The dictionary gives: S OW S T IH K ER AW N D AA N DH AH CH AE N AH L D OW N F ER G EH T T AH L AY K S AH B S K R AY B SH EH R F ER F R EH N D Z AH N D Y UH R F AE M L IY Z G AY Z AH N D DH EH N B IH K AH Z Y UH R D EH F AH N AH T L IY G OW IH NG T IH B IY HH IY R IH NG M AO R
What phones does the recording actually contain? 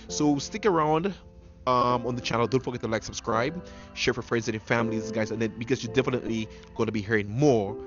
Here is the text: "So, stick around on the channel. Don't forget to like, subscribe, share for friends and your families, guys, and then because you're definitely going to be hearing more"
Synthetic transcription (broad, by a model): S OW S T IH K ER AW N D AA N DH AH CH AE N L D OW N F ER G EH T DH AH L AY K S AH B S K R AY B SH EH R F ER F R EH N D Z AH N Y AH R F AE M L IY Z G AY Z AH N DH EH N B IH K AH Z Y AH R D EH F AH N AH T L IY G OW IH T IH B IY HH IY R IH NG M AO R